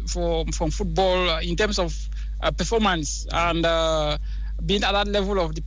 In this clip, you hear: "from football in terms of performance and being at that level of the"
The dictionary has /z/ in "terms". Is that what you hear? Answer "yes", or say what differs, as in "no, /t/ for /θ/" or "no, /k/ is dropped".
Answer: no, /s/ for /z/